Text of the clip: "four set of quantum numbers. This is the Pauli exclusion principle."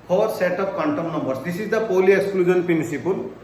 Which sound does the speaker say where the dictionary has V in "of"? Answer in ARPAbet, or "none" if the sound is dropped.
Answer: P